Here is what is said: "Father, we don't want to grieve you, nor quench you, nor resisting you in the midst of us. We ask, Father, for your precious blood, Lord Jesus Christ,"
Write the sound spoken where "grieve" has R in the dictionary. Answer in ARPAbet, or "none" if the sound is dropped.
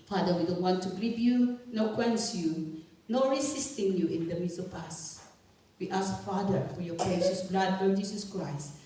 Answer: none